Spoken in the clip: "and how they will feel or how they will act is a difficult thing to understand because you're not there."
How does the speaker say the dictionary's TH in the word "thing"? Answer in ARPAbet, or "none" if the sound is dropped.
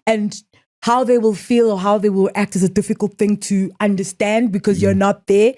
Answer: TH